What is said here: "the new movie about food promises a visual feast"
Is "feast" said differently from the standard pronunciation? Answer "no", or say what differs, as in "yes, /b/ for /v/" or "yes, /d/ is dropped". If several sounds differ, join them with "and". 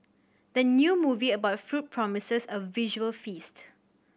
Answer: no